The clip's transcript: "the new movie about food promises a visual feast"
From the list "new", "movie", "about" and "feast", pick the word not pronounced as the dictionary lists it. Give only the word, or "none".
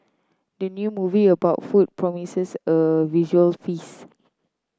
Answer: feast